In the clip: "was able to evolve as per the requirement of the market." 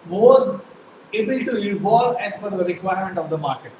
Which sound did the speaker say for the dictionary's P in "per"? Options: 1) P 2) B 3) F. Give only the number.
3